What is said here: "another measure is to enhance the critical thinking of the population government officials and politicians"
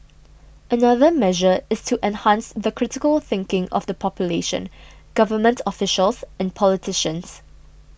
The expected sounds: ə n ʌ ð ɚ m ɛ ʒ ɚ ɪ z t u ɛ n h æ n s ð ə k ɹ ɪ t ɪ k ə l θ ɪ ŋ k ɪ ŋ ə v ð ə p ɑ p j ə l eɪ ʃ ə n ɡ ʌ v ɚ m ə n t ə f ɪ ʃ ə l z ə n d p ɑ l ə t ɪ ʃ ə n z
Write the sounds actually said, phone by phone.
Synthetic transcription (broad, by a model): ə n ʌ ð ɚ m ɛ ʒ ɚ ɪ s t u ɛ n h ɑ n s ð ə k ɹ ɪ t ɪ k ə l θ ɪ ŋ k ɪ ŋ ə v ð ə p ɑ p j ə l eɪ ʃ ə n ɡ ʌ v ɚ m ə n t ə f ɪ ʃ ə l s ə n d p ɑ l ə t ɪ ʃ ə n s